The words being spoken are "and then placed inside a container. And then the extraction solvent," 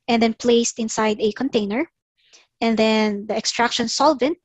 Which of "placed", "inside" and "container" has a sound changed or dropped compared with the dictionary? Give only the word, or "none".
none